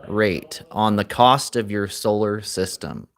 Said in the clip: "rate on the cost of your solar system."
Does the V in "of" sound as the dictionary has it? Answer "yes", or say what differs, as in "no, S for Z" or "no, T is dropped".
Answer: yes